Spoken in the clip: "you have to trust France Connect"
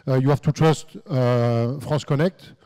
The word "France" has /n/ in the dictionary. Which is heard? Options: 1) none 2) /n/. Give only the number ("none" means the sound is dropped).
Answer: 1